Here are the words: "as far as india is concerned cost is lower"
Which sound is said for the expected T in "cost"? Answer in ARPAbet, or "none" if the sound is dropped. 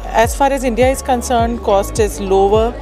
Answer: T